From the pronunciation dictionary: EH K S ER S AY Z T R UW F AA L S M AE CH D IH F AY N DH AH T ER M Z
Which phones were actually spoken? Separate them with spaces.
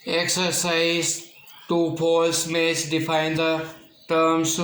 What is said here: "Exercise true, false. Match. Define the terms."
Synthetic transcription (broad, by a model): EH K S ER S AY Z T UW P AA L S M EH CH D IH F AY N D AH T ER M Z